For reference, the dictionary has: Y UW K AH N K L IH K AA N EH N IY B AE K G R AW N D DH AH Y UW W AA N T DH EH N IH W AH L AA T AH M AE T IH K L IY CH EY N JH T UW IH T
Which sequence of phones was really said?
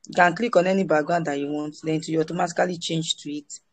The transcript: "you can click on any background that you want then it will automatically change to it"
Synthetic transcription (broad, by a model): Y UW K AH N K L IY K AA N EH N IY B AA G AW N D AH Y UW W AA N T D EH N IH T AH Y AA T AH M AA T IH K L IY CH EY N JH T UW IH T